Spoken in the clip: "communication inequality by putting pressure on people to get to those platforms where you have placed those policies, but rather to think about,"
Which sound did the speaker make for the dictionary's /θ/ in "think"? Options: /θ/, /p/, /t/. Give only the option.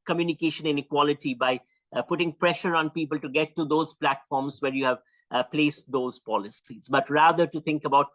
/t/